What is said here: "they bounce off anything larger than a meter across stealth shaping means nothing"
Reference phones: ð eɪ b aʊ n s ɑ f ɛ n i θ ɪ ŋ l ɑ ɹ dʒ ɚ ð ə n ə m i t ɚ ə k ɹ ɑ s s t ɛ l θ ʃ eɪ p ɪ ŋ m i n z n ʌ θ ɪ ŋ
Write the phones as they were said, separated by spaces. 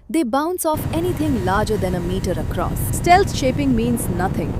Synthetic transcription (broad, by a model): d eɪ b aʊ n s ɑ f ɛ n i t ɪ ŋ l ɑ ɹ dʒ ɚ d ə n ə m i t ɚ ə k ɹ ɑ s s t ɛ l s ʃ eɪ p ɪ ŋ m i n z n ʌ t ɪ ŋ